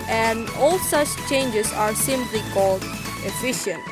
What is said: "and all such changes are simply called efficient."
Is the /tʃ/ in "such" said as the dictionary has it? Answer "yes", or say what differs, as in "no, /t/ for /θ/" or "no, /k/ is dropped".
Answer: yes